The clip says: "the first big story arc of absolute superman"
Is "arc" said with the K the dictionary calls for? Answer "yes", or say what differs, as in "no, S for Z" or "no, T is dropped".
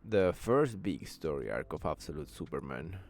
yes